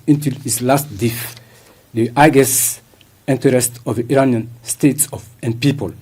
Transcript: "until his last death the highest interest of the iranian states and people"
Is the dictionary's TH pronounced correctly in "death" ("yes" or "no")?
no